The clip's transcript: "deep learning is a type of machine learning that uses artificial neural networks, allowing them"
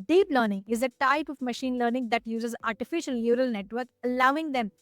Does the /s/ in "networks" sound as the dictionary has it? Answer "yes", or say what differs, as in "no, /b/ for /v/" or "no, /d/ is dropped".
no, /s/ is dropped